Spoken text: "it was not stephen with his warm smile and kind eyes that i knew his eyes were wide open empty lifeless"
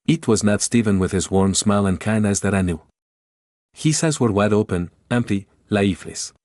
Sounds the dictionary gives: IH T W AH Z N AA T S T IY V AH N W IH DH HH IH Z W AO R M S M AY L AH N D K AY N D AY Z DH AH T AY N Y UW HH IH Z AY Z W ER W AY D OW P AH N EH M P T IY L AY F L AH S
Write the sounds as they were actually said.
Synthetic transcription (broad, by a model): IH T W AH Z N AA T S T IY V AH N W IH DH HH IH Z W AO R M S M AY L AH N K AY N D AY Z DH AH T AY N Y UW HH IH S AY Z W ER W AY D OW P AH N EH M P T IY L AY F L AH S